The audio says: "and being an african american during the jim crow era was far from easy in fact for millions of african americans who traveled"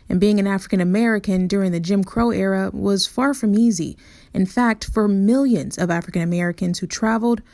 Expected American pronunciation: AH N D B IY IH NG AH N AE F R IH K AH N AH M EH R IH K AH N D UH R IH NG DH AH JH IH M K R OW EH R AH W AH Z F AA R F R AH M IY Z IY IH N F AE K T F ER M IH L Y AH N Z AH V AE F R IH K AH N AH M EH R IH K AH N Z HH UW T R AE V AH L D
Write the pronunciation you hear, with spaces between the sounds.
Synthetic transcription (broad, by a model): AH N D B IY IH NG AH N AE F R IH K AH N AH M EH R IH K AH N D UH R IH NG DH AH JH IH M K R OW EH R AH W AH Z F AA R F R AH M IY Z IY IH N F AE K T F ER M IH L Y AH N Z AH V AE F R IH K AH N AH M EH R IH K AH N Z HH UW T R AE V L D